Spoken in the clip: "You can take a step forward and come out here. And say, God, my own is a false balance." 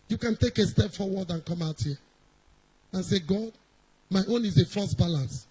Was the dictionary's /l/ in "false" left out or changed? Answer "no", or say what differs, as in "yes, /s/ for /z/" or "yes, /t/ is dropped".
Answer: yes, /l/ is dropped